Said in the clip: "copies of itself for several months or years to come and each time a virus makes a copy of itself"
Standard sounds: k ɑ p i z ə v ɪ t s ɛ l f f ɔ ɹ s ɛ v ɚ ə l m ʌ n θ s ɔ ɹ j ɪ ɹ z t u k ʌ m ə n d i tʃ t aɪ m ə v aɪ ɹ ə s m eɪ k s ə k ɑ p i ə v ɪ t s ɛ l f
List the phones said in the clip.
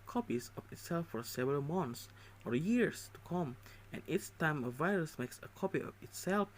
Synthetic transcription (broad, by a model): k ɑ p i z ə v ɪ t s ɛ l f f ɔ ɹ s ɛ v ɚ ə l m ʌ n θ s ɔ ɹ j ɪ ɹ s t u k ʌ m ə n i s t aɪ m ə v aɪ ɹ ə s m eɪ k s ə k ɑ p i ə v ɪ t s ɛ l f